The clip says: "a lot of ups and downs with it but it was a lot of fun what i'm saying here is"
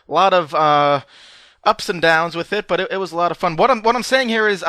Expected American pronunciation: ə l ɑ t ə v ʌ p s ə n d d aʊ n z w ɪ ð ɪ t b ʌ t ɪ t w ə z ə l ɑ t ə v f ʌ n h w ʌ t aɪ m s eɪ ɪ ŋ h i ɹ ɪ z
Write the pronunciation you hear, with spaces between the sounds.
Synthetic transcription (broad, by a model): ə l ɑ t ə v ʌ p s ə n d d aʊ n z w ɪ ð ɪ t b ʌ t ɪ t w ə z ə l ɑ t ə v f ʌ n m w ʌ t aɪ m s eɪ ɪ ŋ h i ɹ ɪ z